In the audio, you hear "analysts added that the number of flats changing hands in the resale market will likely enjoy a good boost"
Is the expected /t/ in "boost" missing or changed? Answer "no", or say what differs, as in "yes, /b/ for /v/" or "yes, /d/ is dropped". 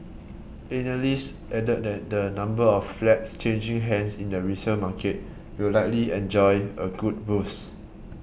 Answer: yes, /t/ is dropped